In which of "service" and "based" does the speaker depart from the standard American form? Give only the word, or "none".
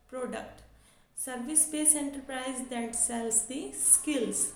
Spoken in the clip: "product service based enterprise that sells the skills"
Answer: based